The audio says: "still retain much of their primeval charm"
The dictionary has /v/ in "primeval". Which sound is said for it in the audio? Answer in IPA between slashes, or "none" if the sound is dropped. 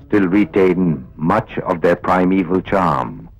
/v/